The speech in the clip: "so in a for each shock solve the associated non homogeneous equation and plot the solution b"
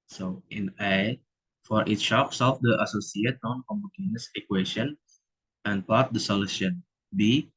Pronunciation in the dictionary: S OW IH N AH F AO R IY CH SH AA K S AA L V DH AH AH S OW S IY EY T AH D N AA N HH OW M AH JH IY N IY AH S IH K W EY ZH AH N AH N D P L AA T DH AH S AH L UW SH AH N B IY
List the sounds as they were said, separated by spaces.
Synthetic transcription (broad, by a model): S OW IH N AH F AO R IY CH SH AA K S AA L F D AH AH S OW S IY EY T N AA N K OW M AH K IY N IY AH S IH K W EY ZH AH N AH N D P AA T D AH S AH L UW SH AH N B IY